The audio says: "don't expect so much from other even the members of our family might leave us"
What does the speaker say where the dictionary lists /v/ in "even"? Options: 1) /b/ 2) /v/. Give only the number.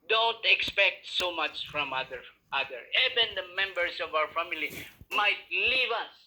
1